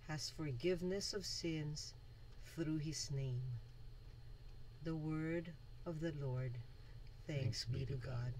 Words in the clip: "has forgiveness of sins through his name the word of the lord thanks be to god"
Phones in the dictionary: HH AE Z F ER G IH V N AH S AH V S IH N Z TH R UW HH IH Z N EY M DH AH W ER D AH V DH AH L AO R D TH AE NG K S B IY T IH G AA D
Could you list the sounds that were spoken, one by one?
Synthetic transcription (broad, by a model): HH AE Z F ER G IH V N AH S AH V S IH N Z TH R UW IH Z N EY M DH AH W ER D AH V DH AH L AO R D TH AE NG K S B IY T IH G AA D